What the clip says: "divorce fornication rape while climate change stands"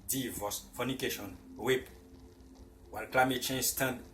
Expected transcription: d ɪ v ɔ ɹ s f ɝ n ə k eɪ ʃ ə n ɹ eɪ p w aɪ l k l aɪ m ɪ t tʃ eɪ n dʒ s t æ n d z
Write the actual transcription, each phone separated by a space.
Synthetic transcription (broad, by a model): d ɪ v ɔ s f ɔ n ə k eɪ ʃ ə n w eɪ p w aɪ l k l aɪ m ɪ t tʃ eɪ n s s t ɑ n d